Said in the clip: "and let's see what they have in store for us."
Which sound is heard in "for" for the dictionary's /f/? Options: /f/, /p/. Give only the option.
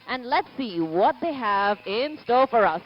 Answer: /f/